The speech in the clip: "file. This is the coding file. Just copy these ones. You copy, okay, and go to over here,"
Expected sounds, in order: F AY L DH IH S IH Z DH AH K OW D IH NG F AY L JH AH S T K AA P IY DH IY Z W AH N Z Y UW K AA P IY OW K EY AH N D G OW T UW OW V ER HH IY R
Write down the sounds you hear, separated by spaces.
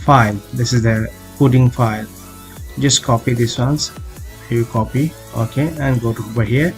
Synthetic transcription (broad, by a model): F AY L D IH S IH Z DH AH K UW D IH NG F AY L JH AH S T K AA P IY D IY S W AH N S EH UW K AA P IY OW K EY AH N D G OW T UW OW B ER HH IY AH